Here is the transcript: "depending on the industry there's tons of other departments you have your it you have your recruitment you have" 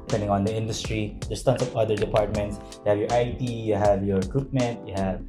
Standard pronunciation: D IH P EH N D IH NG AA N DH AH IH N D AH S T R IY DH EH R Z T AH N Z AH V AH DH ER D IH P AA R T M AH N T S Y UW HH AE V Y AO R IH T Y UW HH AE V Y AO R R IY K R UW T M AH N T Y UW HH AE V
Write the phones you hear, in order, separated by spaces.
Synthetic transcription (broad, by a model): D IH P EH N D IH NG AA N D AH IH N D AH S T R IY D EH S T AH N S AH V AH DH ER D IH P AA R T M AH N T S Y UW HH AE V Y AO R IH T Y UW HH AE V Y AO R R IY K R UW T M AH N T Y UW HH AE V